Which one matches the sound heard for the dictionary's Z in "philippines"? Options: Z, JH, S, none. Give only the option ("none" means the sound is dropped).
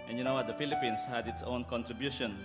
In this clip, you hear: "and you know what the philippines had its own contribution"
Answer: S